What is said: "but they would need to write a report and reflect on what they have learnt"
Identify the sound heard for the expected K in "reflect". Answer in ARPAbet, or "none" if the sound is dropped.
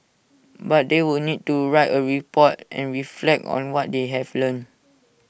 K